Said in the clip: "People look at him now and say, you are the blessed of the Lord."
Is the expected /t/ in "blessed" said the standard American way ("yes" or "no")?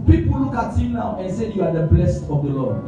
yes